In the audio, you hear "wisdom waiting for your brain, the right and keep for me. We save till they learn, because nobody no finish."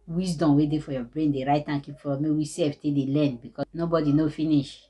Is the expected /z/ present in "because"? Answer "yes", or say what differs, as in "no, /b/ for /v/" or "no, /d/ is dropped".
no, /z/ is dropped